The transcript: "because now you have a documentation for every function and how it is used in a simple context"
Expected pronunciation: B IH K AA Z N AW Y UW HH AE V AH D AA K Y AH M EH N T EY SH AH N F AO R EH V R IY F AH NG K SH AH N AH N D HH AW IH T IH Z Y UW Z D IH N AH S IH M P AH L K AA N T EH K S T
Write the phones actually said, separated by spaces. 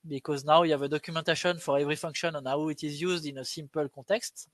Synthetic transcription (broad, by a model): B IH K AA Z N AW Y UW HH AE V AH D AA K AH M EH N T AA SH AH N F AO R EH V R IY F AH NG K SH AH N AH N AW IH T IH Z Y UW Z D IH N AH S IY M P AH L K AA T EH K S T